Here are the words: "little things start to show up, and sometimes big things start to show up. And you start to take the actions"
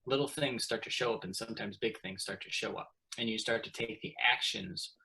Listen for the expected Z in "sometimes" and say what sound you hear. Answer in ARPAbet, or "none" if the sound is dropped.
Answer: Z